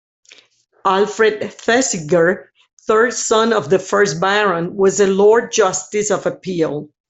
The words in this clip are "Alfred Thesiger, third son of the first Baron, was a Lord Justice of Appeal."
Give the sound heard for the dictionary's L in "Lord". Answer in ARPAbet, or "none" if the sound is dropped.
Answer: L